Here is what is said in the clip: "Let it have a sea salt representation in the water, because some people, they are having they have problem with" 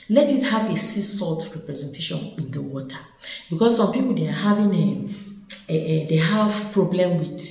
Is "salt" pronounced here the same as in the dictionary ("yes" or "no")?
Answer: yes